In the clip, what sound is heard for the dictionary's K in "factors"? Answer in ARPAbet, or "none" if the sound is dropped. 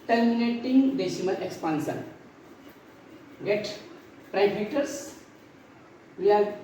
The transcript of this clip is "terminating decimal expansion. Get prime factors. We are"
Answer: none